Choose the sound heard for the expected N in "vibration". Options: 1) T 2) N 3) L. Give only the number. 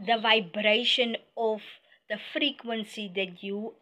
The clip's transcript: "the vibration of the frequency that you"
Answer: 2